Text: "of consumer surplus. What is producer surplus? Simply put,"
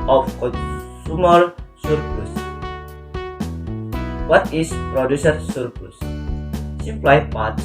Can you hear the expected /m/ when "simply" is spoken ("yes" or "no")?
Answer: no